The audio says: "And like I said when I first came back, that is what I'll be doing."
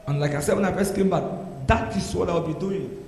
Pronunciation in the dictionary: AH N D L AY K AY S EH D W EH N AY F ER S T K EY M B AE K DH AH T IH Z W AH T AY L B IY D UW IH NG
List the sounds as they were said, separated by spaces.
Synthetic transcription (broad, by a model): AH N L AY K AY S EH D W EH N AY P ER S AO K EY M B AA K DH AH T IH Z W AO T AY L B IY D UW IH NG